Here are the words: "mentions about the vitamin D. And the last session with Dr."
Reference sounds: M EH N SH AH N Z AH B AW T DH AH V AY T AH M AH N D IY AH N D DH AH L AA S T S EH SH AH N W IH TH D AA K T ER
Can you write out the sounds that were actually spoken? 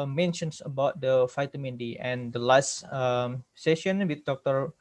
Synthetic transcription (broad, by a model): M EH N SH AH N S AH B AW T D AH F AY T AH M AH N D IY AH N D AH L AA S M S EH SH AH N W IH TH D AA K T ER